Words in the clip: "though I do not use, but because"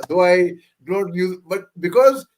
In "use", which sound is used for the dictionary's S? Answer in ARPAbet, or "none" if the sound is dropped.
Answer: none